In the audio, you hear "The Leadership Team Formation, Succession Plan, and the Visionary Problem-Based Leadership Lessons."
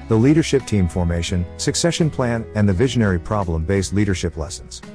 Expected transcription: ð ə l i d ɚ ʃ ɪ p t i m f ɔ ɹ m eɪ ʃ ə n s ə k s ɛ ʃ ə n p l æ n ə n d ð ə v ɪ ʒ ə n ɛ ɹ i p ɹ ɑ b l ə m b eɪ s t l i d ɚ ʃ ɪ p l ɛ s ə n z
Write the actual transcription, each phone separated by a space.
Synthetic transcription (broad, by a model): ð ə l i d ɚ ʃ ɪ p t i m f ɔ ɹ m eɪ ʃ ə n s ə k s ɛ ʃ ə n p l æ n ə n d ð ə v ɪ ʒ ə n ɛ ɹ i p ɹ ɑ b l ə m b eɪ s t l i d ɚ ʃ ɪ p l ɛ s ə n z